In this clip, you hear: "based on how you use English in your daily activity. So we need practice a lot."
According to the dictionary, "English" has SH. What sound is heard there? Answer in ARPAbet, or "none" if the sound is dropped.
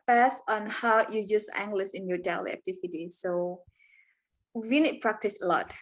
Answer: S